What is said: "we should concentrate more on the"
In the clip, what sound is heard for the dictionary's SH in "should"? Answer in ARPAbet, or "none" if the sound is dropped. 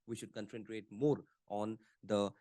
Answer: SH